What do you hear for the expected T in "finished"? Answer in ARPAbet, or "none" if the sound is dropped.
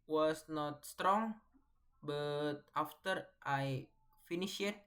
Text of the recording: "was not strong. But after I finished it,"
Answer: none